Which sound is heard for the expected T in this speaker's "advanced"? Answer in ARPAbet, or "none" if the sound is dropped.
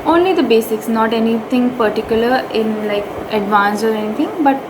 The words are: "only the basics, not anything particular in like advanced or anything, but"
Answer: none